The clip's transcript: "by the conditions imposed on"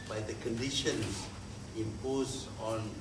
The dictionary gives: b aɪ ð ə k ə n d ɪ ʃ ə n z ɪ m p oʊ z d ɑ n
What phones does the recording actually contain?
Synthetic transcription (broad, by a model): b aɪ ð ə k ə n d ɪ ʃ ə n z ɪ m p oʊ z ɑ n